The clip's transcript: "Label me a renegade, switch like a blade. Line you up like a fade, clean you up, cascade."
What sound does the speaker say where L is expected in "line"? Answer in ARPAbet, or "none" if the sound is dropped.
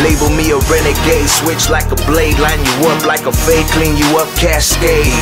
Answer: L